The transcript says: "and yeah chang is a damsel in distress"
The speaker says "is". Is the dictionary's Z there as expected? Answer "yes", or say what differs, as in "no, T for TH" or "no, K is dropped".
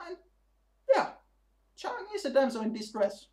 no, S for Z